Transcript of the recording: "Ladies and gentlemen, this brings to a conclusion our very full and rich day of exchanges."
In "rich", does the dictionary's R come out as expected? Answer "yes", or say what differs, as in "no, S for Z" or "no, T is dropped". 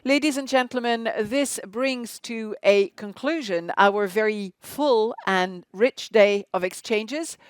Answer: yes